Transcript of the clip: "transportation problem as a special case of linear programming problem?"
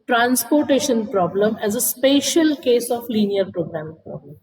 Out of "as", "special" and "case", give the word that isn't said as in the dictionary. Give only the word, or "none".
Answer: none